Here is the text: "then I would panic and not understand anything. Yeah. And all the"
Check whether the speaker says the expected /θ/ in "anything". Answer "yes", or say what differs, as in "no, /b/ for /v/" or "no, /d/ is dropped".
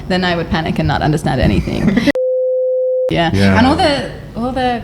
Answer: yes